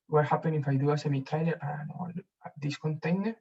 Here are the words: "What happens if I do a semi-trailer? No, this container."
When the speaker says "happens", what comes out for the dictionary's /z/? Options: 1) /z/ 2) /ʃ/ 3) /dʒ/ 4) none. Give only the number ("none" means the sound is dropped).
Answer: 4